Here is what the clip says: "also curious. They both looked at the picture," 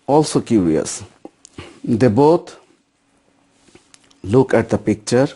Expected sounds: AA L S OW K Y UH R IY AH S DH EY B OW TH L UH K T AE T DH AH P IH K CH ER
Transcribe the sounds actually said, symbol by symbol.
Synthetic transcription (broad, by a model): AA L S OW K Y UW R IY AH S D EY B OW T L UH K AE T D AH P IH K CH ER